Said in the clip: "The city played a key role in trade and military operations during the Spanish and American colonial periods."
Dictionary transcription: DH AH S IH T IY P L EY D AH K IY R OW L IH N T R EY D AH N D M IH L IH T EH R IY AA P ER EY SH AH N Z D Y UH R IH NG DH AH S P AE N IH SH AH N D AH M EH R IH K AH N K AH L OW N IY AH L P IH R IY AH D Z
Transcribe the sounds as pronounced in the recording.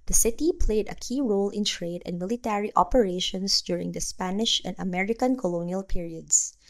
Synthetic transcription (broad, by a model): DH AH S IH T IY P L EY D AH K IY R OW L IH N T R EY D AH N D M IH L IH T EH R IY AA P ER EY SH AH N S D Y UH R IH NG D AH S P AE N IH SH AH N D AH M EH R IH K AH N K AH L OW N IY AH L P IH R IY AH D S